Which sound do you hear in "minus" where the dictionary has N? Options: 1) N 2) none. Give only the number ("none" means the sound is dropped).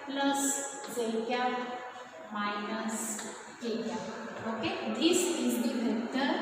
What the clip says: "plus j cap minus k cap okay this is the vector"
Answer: 1